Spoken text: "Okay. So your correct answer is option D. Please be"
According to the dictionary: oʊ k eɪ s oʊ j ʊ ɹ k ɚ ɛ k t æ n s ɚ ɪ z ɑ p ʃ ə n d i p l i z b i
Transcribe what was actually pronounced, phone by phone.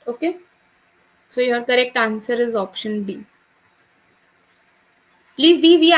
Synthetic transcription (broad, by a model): oʊ k eɪ s oʊ j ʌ ɹ k ɚ ɛ k t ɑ n s ɚ ɪ z ɑ p ʃ ə n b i p l i z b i